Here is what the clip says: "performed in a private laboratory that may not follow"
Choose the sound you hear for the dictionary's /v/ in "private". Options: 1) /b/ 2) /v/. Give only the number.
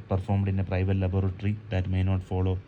2